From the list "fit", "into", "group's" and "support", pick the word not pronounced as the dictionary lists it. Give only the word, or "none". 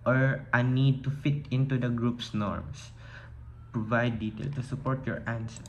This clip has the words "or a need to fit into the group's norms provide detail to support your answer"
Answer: none